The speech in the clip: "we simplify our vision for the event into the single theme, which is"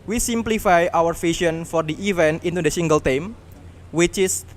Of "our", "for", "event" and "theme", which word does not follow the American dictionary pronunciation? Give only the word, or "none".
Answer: theme